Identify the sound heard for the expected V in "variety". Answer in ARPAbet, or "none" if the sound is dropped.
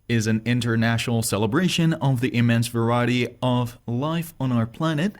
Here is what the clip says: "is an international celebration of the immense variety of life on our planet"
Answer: V